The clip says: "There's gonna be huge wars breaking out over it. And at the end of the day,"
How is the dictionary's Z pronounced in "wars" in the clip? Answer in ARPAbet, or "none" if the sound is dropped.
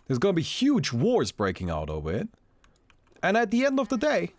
Z